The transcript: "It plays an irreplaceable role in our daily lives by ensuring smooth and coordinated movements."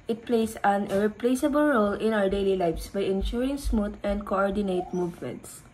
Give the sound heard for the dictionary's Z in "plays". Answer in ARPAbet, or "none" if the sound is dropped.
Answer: S